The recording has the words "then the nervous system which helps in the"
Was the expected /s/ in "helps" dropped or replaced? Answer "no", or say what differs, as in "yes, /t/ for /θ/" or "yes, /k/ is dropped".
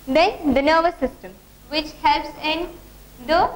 no